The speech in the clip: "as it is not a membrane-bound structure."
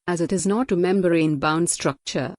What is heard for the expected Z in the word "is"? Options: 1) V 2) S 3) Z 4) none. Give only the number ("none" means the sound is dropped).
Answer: 3